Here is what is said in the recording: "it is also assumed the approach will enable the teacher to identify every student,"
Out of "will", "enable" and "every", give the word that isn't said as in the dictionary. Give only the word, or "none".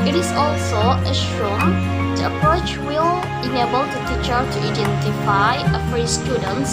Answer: every